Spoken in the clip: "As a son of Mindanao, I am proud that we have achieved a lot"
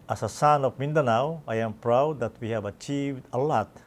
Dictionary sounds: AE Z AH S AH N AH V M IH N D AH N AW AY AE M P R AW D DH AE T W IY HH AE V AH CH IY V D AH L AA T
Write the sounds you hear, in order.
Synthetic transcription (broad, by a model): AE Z AH S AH N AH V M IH N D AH N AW AY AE M P R AW D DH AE T W IY HH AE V AH CH IY V D AH L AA T